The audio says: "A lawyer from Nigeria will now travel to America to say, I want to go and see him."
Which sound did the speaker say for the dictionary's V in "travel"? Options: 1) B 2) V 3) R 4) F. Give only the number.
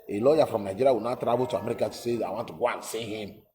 1